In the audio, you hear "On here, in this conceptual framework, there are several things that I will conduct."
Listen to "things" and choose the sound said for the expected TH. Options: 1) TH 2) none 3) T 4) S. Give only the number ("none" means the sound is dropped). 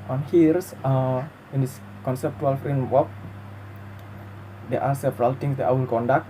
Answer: 3